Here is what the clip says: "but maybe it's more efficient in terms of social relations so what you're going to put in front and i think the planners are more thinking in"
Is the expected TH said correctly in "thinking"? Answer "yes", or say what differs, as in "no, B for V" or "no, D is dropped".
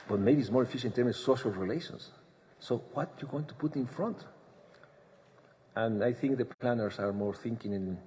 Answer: yes